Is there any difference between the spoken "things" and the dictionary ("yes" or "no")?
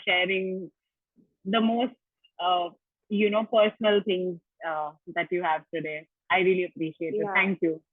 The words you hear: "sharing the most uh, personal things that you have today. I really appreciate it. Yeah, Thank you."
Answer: yes